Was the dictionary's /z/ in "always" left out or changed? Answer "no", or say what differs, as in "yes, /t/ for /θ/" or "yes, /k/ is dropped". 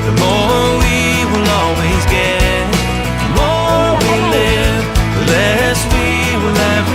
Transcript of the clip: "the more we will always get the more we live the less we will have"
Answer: no